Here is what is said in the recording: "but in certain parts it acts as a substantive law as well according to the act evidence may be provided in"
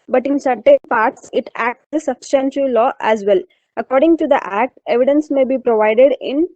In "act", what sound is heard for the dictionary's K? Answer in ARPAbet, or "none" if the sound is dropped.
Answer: K